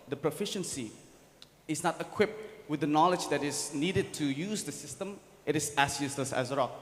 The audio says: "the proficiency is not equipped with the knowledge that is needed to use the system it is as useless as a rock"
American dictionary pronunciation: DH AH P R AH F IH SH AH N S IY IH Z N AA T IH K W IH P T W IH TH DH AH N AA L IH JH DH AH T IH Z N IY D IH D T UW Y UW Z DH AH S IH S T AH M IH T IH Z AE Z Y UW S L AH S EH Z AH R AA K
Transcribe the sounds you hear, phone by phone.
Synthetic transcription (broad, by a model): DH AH P R AH F IH SH AH N S IY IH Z N AA T IH K W IH P T W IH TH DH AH N AA L IH JH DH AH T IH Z N IY D IH D T UW Y UW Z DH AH S IH S T AH M IH T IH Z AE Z Y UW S L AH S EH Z AH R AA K